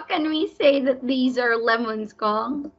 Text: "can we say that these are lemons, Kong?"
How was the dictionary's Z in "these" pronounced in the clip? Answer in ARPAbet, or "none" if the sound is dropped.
Z